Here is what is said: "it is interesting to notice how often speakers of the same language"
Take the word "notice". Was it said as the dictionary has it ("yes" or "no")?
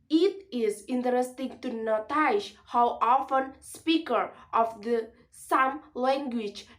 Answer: no